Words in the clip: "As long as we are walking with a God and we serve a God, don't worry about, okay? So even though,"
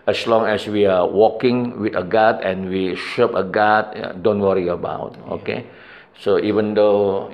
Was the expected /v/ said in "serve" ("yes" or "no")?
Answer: no